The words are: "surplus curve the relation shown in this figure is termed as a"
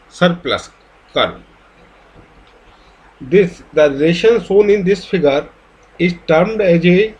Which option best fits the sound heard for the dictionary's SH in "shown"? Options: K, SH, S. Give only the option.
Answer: S